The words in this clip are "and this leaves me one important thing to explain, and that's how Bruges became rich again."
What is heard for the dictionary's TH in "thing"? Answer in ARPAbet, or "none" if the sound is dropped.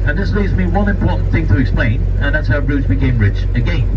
TH